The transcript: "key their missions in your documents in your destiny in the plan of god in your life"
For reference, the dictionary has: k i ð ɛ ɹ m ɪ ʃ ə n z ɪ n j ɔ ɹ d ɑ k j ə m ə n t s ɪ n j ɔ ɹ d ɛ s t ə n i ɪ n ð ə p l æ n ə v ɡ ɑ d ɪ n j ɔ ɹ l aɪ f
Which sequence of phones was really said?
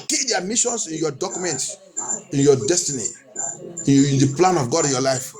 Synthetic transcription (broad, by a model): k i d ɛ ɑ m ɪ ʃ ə n s ɪ n j ɔ d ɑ k j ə m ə n t ɪ n j ɔ d ɛ s t ə n i ɪ n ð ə p l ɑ n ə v ɡ ɑ d ɪ n j ɔ l aɪ f